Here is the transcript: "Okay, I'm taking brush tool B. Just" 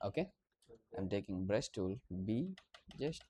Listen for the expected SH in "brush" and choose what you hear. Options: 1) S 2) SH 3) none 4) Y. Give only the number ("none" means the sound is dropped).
1